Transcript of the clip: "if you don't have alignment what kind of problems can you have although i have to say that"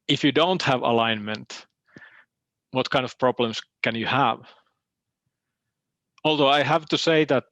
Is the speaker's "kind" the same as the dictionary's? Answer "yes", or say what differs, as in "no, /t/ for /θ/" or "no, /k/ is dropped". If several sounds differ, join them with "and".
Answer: yes